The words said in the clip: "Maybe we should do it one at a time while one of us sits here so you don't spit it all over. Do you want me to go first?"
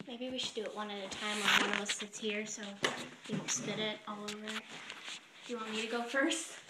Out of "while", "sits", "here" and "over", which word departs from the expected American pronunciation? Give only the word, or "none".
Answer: while